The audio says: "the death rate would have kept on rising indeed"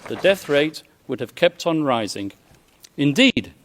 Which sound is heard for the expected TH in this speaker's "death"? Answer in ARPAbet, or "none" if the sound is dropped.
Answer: TH